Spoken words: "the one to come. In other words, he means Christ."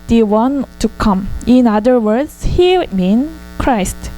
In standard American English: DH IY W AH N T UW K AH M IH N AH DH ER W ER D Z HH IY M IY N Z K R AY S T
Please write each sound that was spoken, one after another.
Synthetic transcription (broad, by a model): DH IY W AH N T UW K AH M IH N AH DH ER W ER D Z HH IY M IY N K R AY S T